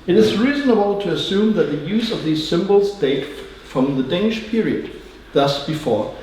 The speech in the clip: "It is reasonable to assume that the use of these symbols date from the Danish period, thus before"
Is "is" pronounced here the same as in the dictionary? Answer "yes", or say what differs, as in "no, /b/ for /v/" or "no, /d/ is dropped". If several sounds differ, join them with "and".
yes